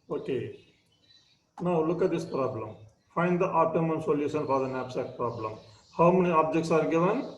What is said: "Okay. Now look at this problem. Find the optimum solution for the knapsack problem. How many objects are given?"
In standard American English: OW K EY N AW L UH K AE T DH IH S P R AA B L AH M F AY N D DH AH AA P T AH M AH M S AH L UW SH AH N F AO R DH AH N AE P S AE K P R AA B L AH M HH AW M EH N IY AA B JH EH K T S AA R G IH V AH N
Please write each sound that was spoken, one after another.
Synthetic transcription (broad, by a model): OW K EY N AW L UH K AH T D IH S P R AA B L AH M F AY N D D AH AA T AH M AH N S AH L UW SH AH N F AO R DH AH N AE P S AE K P R AA B L AH M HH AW M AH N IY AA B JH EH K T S AA R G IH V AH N